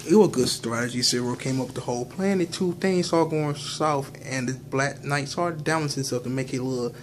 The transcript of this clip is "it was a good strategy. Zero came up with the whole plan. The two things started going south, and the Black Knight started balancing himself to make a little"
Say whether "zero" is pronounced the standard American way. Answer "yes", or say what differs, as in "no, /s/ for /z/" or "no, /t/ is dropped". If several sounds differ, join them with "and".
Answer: no, /s/ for /z/